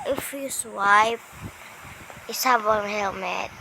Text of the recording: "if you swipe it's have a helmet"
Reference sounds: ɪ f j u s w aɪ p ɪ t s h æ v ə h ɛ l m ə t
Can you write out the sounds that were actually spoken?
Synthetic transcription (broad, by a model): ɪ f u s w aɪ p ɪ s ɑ b ə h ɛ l m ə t